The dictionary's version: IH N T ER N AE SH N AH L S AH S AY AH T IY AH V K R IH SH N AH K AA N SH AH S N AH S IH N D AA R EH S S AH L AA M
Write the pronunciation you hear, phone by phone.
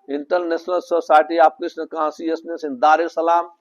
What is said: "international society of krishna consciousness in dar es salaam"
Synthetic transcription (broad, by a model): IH N T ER N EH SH N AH L S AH S AY T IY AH P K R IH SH N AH K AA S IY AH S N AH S IH N D AA R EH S S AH L AA M